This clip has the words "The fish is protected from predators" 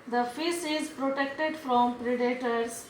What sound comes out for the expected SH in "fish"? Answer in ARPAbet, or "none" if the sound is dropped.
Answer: S